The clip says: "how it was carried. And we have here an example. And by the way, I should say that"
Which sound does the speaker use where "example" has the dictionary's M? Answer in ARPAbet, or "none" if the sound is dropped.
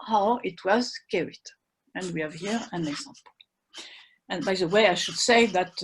M